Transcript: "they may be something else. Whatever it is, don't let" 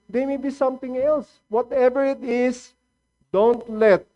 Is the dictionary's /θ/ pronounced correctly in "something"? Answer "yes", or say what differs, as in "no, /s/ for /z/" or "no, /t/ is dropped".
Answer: no, /t/ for /θ/